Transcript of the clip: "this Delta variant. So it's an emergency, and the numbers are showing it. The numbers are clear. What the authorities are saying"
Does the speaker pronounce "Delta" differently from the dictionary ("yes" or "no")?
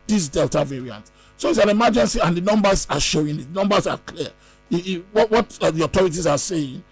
no